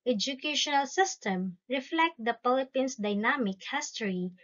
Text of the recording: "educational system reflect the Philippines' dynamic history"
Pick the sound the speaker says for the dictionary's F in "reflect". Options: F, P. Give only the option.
F